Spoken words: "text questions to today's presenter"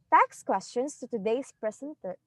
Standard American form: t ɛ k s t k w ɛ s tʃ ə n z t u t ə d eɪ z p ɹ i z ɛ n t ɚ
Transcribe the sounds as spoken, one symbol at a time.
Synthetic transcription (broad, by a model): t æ k s k w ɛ s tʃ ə n s t u t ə d eɪ s p ɹ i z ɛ n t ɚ